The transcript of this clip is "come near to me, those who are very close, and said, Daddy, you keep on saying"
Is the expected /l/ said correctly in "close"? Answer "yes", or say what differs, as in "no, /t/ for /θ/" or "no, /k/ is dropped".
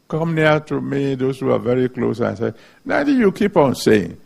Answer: yes